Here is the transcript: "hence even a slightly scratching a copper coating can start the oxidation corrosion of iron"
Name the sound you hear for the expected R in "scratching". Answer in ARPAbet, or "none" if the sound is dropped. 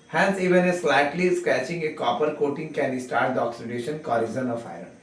none